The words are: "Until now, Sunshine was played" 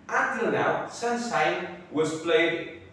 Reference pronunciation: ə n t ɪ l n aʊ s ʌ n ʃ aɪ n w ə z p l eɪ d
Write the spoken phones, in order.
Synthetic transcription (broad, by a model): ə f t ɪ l n aʊ s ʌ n s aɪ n w ə z p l eɪ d